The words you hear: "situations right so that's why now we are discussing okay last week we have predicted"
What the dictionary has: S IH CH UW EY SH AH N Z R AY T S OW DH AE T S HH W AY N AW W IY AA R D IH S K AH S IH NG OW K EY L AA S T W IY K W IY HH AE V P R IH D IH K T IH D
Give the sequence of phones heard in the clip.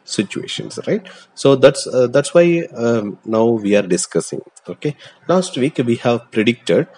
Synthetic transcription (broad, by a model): S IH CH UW EY SH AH N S R AY T S OW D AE T S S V AY N AW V IY AA R D IH S K AH S IH NG OW K EY L AA S T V IY K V IY HH AE V P R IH D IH K T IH D